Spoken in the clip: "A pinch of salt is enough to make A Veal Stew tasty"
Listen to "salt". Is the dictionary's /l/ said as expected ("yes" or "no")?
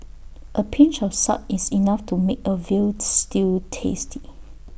no